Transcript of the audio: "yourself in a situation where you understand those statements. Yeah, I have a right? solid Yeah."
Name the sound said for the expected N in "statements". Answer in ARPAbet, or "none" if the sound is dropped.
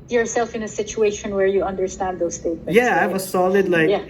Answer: none